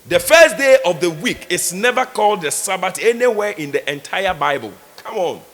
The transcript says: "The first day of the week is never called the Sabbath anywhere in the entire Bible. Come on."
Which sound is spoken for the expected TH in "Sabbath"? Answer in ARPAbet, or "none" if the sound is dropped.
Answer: T